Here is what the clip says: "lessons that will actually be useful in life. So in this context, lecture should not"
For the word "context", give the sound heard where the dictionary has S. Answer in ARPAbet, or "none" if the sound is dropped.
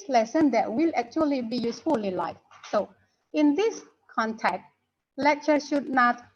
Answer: none